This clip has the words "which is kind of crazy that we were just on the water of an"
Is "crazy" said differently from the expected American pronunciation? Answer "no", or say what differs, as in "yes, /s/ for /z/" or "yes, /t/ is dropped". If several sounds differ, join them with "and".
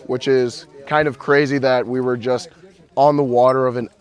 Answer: no